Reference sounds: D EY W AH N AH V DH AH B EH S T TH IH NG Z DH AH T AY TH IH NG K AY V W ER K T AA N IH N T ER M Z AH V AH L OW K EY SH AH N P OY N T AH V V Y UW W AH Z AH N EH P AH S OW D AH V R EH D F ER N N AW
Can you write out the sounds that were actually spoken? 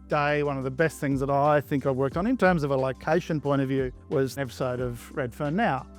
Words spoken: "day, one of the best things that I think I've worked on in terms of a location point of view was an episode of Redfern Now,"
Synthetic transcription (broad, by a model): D EY W AH N AH V DH AH B EH S T TH IH NG Z DH AH T AY TH IH NG K AY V W ER K T N IH N T ER M Z AH V AH L OW K EY SH AH N P OY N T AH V V Y UW W AH Z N EH P AH S OW D AH V R EH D F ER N N AW